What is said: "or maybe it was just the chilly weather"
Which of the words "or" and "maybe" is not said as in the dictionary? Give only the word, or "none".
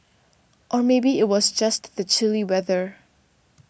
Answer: none